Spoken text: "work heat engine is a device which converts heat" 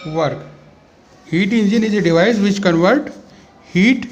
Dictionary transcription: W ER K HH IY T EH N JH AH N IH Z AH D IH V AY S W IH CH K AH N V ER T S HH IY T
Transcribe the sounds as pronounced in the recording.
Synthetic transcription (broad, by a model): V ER K HH IY T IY N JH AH N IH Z AH D IH V AY S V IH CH K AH N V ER T HH IY T